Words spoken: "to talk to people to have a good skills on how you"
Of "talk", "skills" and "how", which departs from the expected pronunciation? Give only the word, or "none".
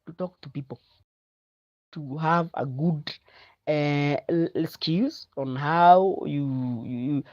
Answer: skills